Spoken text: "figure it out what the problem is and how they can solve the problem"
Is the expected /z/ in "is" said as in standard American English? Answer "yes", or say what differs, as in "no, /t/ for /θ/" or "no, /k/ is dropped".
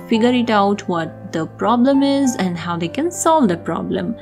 yes